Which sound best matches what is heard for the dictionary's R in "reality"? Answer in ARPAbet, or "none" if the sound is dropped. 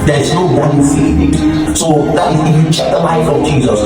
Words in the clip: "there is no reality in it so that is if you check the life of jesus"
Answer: W